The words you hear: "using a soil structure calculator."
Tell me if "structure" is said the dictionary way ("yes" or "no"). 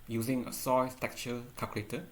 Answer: no